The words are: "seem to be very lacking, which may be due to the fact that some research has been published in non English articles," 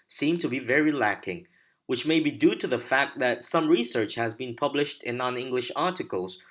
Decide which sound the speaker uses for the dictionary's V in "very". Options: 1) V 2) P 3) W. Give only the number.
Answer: 1